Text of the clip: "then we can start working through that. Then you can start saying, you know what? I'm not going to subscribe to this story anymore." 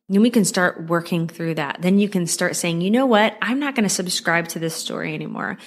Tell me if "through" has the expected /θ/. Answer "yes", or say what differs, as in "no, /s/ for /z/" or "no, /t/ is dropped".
yes